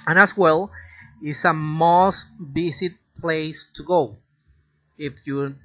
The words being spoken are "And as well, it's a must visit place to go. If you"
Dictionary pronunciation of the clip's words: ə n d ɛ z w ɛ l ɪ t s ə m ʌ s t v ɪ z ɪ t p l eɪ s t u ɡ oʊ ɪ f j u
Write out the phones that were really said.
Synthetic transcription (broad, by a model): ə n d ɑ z w ɛ l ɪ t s ə m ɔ s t b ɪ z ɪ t p l eɪ s t u ɡ oʊ ɪ f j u